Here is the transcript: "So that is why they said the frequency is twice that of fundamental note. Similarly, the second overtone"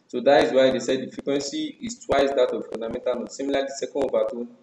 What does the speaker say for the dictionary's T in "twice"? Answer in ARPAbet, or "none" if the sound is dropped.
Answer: T